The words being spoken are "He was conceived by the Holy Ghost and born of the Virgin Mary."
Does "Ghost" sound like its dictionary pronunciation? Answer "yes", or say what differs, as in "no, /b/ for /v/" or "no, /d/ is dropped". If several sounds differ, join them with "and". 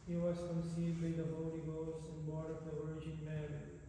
no, /t/ is dropped